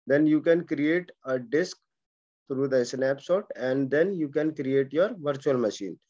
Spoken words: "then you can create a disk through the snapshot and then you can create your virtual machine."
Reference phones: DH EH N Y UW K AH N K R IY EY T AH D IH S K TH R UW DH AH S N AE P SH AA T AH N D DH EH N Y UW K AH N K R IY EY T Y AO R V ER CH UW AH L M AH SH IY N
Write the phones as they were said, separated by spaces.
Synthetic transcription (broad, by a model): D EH N Y UW K AH N K R IY EY T AH D IH S K T R UW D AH S N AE P S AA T AH N D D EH N Y UW K AH N K R IY EY T Y AO R V ER CH UW AH L M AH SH IY N